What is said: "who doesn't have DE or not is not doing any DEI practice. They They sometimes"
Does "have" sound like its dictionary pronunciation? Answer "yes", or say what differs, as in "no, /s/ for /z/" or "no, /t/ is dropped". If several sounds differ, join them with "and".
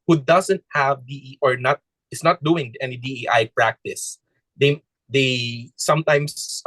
yes